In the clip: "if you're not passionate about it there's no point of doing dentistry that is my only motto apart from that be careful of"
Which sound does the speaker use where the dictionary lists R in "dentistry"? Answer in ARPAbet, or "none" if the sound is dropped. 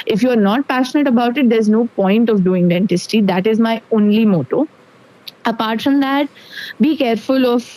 none